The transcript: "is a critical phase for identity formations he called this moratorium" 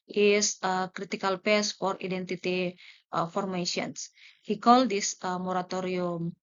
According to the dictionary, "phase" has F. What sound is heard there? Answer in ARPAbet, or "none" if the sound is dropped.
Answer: P